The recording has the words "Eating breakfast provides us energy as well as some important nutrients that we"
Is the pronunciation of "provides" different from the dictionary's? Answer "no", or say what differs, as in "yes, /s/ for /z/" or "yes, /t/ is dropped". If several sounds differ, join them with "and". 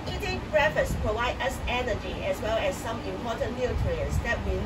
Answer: yes, /z/ is dropped